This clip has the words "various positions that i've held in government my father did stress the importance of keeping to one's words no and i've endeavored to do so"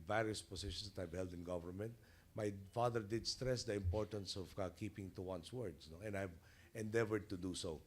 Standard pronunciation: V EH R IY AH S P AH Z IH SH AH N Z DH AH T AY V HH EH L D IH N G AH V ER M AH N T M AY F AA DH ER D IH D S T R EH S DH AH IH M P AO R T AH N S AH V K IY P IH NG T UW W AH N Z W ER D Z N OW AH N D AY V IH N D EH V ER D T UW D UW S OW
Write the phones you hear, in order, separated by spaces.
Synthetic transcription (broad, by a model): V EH R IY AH S P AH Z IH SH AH N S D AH T AY V HH EH L D IH N G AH V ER M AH N T M AY F AA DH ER D IH D S T R EH S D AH IH M P AO R T AH N S AH V K IY P IH NG T UW W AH N S W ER D S N OW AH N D AY V IH N D EH V ER D T UW D UW S OW